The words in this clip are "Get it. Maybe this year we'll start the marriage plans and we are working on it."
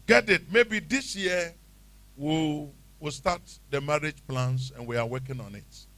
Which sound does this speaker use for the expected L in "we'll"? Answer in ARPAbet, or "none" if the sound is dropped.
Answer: W